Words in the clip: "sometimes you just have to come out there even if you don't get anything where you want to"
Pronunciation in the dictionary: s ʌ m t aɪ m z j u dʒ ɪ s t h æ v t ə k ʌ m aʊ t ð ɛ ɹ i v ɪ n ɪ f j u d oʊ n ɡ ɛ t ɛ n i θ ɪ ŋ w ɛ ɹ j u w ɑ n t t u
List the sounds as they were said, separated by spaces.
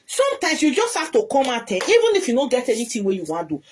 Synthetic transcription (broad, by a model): s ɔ m t aɪ m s j u dʒ ɪ s t h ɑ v t ə k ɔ m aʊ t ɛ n i v ɪ n ɪ f j u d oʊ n ɡ ɛ t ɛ n i t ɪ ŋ w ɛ j u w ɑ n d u